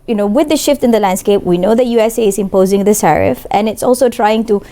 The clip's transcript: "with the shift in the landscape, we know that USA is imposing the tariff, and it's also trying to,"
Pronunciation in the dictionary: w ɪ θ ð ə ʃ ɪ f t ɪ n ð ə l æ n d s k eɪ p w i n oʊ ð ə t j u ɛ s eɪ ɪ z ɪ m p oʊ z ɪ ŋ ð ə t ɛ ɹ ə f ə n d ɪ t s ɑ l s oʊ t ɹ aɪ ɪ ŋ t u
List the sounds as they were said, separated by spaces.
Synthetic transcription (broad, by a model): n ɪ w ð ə ʃ ɪ f t ɪ n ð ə l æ n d s k eɪ p w i n oʊ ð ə t j u ɛ s eɪ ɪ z ɪ m p oʊ z ɪ ŋ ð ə s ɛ ɹ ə f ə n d ɪ t s ɑ l s oʊ t ɹ aɪ ɪ ŋ t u